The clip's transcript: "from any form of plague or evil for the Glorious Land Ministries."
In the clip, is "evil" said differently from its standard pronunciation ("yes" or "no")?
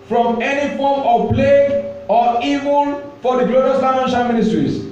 yes